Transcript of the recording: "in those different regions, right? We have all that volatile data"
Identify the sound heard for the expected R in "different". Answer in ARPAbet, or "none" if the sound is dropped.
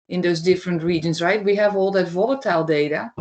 R